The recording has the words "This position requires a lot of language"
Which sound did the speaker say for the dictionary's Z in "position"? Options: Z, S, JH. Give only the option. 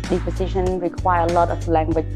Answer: S